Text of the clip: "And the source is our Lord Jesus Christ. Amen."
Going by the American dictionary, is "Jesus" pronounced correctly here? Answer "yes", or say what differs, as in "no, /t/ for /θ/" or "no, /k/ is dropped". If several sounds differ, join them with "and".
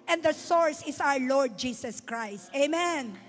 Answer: no, /s/ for /z/